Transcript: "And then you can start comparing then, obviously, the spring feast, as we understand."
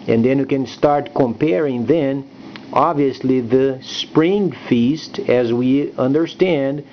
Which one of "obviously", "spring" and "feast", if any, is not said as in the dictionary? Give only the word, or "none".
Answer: none